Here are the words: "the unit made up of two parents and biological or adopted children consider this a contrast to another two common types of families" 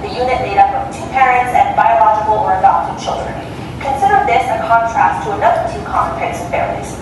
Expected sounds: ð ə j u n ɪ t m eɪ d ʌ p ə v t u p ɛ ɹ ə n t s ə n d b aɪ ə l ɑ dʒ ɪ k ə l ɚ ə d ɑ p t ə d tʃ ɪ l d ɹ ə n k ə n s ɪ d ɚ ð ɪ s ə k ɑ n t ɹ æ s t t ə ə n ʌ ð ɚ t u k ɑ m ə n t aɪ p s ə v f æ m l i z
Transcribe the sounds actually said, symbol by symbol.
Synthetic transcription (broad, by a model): ð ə j u n ɪ t m eɪ d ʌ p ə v t u p ɛ ɹ ə n t s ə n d b aɪ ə l ɑ dʒ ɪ k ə l ɚ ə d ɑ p t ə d tʃ ɪ l d ɹ ə n k ə n s ɪ d ɚ ð ɪ s ə k ɑ n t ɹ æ s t t ə ə n ʌ ð ɚ t u k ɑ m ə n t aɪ s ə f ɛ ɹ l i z